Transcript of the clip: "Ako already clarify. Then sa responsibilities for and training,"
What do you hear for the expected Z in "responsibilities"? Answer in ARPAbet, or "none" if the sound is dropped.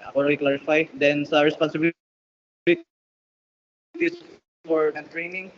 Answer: S